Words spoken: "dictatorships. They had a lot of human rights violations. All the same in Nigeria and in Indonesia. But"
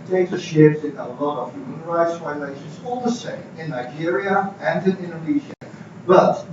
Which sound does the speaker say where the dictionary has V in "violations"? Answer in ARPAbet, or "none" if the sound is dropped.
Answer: F